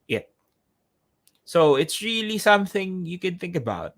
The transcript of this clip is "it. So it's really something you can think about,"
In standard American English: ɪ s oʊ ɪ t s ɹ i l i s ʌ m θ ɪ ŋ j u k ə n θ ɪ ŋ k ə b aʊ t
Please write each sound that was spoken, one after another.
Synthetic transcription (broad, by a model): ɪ s oʊ ɪ t s ɹ i l i s ʌ m θ ɪ ŋ j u k ə n θ ɪ ŋ k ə b aʊ t